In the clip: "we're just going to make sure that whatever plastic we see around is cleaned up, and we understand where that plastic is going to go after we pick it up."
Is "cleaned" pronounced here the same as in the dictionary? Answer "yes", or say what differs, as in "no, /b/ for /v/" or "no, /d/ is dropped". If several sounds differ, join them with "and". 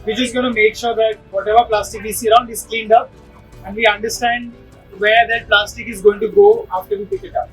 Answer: yes